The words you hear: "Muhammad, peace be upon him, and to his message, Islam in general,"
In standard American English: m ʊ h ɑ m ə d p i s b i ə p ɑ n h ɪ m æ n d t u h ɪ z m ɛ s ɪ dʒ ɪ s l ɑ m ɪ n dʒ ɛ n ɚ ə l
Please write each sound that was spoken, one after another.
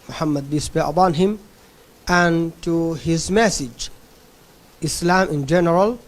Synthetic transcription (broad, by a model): m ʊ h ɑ m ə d b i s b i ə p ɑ n h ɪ m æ n t u h ɪ z m ɛ s ɪ dʒ ɪ s l ɑ m ɪ n dʒ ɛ n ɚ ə l